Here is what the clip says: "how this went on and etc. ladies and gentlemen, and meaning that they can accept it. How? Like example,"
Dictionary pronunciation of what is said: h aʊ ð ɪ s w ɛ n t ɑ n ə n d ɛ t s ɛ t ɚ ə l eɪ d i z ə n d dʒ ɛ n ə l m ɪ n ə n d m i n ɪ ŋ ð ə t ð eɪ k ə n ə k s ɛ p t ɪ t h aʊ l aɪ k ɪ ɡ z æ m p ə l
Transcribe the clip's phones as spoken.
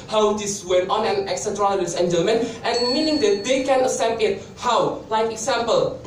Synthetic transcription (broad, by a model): h aʊ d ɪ s w ɛ n t ɑ n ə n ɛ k s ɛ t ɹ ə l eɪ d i s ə n dʒ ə m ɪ n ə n m i n ɪ ŋ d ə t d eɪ k ə n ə s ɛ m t ɪ t h aʊ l aɪ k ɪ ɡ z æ m p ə l